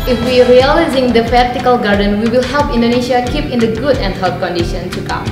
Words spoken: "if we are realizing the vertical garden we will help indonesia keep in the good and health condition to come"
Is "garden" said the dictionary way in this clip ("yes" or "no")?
yes